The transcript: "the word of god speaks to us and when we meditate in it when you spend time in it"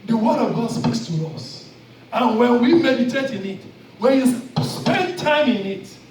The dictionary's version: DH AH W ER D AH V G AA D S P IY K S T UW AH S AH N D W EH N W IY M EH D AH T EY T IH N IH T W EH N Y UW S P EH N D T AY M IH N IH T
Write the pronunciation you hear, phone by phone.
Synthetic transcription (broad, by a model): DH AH W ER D AH V G AA D S P IY K S T UW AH S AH N W EH N W IY M EH D AH T EY T IH N IH T W EH N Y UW S P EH N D T AY M IH N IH T